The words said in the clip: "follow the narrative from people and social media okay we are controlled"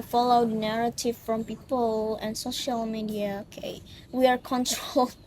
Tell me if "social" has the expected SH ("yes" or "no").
yes